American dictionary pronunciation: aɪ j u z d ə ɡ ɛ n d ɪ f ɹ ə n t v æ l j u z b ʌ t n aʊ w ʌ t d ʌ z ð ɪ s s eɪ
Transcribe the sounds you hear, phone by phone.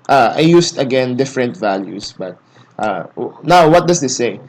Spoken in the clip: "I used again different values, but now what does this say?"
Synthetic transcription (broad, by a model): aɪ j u s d ə ɡ ɛ n d ɪ f ɹ ə n t v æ l j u s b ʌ t n aʊ w ʌ t d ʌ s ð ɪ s s eɪ